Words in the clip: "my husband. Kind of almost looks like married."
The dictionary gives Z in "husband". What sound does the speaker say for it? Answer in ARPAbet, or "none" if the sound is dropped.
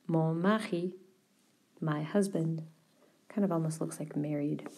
Z